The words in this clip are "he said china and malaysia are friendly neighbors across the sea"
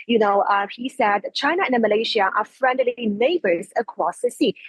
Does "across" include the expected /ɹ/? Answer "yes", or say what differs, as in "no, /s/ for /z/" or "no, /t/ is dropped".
no, /w/ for /ɹ/